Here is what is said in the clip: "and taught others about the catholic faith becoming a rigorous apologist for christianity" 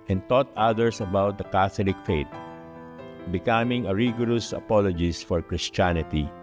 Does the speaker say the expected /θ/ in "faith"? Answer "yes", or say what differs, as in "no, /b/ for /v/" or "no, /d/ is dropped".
no, /t/ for /θ/